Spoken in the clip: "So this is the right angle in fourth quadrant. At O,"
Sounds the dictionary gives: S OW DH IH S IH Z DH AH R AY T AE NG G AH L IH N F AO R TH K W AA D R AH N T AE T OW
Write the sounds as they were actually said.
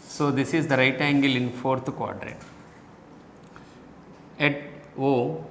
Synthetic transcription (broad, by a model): S OW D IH S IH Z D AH R AY T AE NG G AH L IH N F AO R T K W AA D R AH T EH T OW